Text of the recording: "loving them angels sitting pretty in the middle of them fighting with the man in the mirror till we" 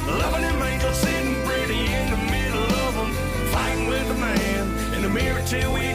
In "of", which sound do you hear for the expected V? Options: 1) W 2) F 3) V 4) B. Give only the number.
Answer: 3